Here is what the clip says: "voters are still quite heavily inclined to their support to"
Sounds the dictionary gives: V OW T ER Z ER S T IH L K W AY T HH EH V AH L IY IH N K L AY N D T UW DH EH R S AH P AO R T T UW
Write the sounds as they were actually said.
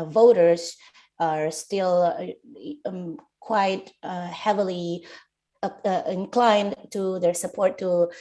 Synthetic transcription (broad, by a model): V OW T ER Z ER S T IH L K W AY T HH EH V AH L IY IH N K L AY N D T UW DH EH R S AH P AO R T T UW